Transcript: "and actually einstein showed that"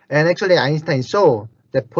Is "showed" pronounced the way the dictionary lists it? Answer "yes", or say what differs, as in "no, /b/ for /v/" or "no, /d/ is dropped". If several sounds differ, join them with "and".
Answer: no, /s/ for /ʃ/